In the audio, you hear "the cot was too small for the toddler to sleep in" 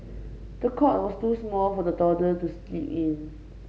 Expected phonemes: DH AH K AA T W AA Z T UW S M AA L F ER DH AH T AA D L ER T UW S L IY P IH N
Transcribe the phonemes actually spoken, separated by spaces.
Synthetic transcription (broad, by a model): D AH K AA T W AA S T UW S M AA L F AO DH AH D AA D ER T UW S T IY IH N